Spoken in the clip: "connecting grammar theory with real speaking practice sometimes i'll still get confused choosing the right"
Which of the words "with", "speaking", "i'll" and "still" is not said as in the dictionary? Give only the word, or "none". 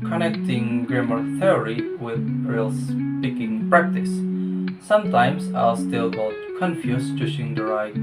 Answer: none